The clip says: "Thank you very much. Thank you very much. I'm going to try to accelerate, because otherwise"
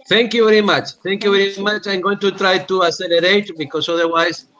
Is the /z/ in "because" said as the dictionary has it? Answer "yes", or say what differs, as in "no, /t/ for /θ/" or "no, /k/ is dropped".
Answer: no, /s/ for /z/